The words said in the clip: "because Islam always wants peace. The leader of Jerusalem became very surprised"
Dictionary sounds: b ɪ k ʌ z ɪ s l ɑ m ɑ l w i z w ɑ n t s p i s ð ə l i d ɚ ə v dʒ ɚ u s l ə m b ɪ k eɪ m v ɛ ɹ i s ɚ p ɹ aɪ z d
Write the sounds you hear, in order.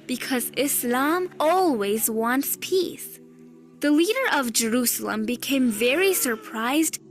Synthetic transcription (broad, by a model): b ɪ k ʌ z ɪ s l ɑ m ɑ l w i z w ɑ n t s p i s ð ə l i d ɚ ə v dʒ ɚ u s l ə m b ɪ k eɪ m v ɛ ɹ i s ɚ p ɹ aɪ z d